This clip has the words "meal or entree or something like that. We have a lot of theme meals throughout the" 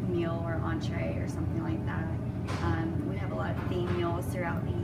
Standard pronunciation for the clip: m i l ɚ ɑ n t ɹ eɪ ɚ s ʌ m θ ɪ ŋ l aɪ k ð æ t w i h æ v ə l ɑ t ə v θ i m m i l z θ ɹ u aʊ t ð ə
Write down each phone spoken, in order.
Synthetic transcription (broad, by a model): m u l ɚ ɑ n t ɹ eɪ ɚ s ʌ m θ ɪ ŋ l aɪ k ð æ t w i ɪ v ə l ɑ t ə v f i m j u l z θ ɹ u aʊ t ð